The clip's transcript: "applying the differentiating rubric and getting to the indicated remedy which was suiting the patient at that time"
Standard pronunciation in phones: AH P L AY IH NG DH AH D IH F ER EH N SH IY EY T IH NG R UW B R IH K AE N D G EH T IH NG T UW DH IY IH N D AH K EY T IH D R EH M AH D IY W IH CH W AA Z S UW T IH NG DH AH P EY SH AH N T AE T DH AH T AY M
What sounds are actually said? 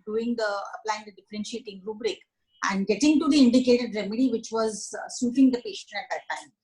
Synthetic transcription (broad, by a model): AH P L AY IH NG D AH D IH F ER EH N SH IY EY T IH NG R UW B R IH K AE N D G EH T IH NG T UW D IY IH N D AH K EY T IH D R EH M AH D IY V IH CH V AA Z S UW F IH NG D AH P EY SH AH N AE T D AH T AY M